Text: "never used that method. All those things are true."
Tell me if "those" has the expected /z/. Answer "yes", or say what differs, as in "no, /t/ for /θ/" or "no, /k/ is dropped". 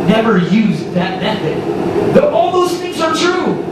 no, /s/ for /z/